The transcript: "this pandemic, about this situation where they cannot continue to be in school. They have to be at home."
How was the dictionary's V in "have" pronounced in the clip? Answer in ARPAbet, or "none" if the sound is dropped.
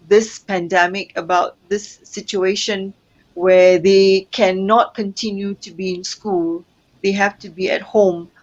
F